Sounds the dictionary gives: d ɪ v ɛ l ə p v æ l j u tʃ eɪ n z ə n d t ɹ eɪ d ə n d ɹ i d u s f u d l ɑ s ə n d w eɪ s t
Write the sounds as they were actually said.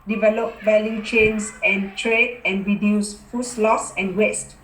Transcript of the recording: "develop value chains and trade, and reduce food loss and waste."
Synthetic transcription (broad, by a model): d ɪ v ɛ l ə p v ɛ l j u tʃ eɪ n s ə n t ɹ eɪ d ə n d ɹ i d u s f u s l ɑ s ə n w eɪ s t